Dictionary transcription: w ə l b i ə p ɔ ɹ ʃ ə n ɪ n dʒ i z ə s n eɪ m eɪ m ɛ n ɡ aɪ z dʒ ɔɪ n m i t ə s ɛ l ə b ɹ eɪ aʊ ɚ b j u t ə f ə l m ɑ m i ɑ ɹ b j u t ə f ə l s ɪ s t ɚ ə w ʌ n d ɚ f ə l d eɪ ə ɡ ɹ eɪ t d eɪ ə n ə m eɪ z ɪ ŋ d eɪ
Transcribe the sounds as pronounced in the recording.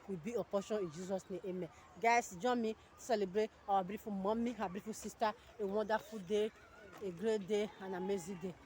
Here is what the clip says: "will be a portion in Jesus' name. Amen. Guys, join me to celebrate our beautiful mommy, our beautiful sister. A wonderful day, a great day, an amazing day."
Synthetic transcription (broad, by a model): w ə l b i ə p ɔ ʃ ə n ɪ n dʒ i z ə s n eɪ eɪ m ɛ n ɡ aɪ s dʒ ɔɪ m i s ɛ l ə b ɹ eɪ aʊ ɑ b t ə f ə m ɑ m i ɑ b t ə f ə s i s t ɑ ə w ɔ d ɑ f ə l d eɪ ə ɡ ɹ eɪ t d eɪ ə n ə m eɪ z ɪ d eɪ